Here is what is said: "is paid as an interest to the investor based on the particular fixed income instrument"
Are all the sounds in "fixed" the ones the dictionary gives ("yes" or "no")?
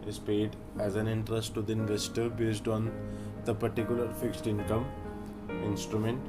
yes